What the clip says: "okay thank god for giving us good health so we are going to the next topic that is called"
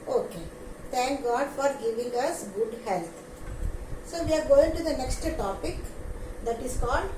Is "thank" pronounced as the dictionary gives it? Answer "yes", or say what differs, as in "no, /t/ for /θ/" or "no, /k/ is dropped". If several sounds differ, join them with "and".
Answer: no, /t/ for /θ/